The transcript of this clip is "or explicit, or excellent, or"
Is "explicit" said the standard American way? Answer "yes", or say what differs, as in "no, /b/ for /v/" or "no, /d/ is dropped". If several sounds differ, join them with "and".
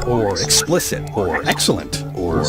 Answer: yes